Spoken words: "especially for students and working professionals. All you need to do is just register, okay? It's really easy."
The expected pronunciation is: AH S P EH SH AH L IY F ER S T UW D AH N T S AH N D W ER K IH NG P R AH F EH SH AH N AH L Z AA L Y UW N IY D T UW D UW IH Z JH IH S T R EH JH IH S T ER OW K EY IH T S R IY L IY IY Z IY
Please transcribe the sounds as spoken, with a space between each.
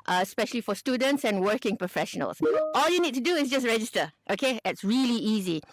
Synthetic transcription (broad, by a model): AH S P EH SH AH L IY F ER S T UW D AH N T S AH N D W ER K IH NG P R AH F EH SH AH N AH L S AA L Y UW N IY D T UW D UW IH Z JH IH S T R EH JH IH S T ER OW K EY IH T S R IY L IY IY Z IY